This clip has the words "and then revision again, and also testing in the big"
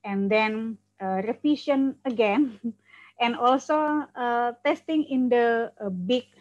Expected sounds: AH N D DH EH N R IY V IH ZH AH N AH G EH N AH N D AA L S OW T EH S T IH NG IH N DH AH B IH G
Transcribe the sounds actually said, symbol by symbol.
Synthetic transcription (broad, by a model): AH N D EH N R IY F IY SH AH N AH G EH N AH N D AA L S OW T EH S T IH NG IH N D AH B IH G